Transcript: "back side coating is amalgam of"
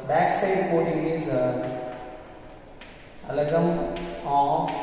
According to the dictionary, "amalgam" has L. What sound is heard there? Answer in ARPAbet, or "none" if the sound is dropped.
none